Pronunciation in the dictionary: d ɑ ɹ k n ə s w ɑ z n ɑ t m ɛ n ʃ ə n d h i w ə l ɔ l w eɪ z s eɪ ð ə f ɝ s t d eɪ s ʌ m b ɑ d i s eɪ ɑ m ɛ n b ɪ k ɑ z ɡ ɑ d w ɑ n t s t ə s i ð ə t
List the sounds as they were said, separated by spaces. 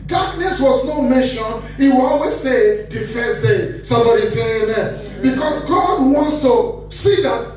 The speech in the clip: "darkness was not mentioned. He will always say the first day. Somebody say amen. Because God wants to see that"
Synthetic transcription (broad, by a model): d ɑ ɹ k n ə s w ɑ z n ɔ m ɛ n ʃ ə n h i w ə l ɔ l w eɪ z s eɪ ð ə f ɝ s t d eɪ s ʌ m b ɑ d i s eɪ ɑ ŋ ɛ b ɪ k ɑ s ɡ ɑ d w ɑ n t s t ə s i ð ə t